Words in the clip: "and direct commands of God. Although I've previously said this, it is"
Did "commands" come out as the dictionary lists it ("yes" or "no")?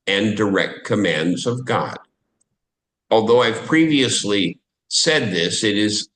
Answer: yes